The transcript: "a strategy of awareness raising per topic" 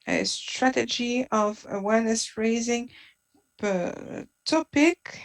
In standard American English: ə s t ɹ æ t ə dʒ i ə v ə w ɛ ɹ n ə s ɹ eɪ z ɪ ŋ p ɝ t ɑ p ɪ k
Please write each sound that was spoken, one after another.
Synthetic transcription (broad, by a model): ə s t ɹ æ t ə dʒ i ə v ə w ɛ ɹ n ə s ɹ eɪ z ɪ ŋ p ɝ t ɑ p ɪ k